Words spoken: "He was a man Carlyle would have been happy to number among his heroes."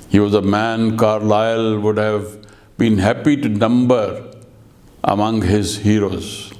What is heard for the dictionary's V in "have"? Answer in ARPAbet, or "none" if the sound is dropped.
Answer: V